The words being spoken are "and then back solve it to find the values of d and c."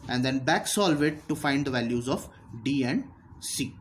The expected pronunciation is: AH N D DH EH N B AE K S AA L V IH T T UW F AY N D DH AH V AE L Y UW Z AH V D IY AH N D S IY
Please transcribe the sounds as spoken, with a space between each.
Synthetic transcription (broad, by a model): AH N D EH N B AE K S AA L V IH T T UW F AY N D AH V AE L Y UW Z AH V D IY AH N D S IY